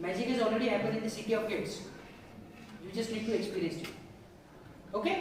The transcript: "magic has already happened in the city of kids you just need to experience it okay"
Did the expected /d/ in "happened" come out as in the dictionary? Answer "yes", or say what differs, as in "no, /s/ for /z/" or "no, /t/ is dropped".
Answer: no, /d/ is dropped